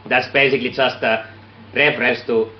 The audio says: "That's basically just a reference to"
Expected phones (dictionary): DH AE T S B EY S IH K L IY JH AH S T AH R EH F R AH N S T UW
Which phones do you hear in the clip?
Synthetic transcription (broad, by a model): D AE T S B EY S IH K L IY JH AH S T AH R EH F R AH S T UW